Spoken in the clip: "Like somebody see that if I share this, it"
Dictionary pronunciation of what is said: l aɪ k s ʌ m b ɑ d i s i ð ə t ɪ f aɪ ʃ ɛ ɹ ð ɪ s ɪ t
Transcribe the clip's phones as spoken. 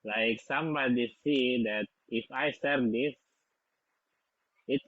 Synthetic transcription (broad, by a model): l aɪ k s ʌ m b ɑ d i s i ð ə t ɪ f aɪ s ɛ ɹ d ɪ s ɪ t